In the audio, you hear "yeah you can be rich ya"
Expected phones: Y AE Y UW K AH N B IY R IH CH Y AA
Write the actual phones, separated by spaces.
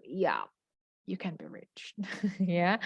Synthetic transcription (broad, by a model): Y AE Y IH K AH N B IY R IH CH Y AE